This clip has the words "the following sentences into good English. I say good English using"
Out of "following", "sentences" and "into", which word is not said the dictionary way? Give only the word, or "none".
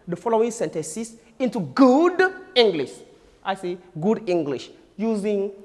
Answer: sentences